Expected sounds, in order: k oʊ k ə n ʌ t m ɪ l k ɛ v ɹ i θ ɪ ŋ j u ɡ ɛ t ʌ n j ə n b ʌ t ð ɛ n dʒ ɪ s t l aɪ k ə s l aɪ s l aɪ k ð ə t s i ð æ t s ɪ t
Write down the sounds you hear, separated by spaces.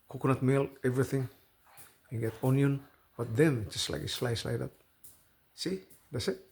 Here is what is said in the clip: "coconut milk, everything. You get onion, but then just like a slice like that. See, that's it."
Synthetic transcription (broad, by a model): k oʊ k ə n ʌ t m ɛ l ɛ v ɹ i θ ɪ ŋ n ɡ ɛ t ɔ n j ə n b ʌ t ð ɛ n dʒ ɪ s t l aɪ k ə s l aɪ s l aɪ k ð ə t s i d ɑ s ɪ t